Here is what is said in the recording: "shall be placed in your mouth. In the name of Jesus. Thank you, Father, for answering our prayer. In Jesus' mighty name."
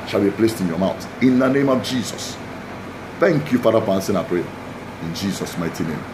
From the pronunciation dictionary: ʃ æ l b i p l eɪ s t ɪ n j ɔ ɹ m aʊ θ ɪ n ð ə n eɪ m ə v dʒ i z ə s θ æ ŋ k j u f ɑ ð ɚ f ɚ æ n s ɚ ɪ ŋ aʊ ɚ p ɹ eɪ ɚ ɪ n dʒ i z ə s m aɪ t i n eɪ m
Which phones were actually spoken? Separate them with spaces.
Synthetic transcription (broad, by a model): ʃ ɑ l b i p l eɪ s t ɪ n j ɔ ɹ m aʊ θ ɪ n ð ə n eɪ m ə v dʒ i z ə s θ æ ŋ k j u f ɑ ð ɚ f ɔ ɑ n s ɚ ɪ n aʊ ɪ p ɹ eɪ ɪ n dʒ i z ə s m aɪ t i n eɪ m